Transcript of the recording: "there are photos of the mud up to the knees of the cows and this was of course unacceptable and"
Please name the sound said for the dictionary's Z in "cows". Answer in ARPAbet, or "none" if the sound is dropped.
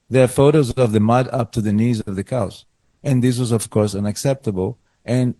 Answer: S